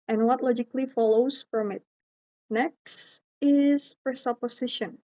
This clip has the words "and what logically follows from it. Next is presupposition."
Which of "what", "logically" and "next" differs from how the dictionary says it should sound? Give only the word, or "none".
none